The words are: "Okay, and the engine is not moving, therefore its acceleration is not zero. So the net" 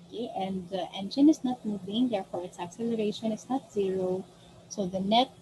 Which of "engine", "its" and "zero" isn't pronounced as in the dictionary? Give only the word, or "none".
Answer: none